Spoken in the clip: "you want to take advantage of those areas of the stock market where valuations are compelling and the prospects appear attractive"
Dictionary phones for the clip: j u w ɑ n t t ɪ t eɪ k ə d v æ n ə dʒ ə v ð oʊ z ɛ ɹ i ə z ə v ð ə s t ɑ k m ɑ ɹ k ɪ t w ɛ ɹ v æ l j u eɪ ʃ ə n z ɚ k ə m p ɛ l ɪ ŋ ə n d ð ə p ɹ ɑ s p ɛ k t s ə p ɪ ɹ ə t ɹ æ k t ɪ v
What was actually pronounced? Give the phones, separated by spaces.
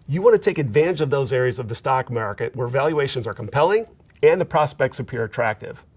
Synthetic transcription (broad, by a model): j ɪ w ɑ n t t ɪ t eɪ k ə d v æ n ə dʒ ə v ð oʊ z ɛ ɹ i ə z ə v ð ə s t ɑ k m ɑ ɹ k ɪ t w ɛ ɹ v æ l j u eɪ ʃ ə n z ɚ k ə m p ɛ l ɪ ŋ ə n ð ə p ɹ ɑ s p ɛ k t s ə p ɪ ɹ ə t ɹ æ k t ɪ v